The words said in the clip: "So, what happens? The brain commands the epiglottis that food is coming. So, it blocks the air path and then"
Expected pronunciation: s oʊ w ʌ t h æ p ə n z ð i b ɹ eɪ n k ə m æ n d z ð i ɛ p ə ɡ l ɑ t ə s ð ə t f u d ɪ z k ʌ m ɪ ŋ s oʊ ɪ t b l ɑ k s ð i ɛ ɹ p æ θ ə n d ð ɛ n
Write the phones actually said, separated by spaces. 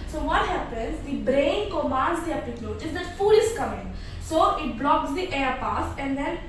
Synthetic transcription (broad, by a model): s oʊ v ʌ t h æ p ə n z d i b ɹ eɪ n k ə m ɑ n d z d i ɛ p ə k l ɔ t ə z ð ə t f u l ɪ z k ʌ m ɪ ŋ s oʊ ɪ t b l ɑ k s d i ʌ ɹ p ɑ s ə n d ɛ n